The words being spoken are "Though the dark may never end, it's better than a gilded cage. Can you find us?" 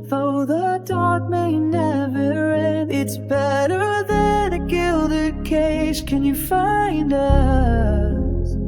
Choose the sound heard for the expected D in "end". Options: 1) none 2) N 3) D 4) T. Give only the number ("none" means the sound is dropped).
1